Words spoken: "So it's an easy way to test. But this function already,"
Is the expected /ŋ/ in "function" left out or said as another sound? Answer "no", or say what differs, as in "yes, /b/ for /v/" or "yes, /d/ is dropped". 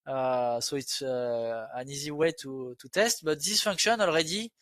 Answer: yes, /ŋ/ is dropped